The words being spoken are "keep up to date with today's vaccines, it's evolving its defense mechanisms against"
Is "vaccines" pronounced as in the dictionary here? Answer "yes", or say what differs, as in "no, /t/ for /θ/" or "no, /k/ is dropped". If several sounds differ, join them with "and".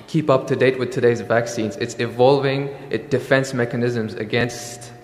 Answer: yes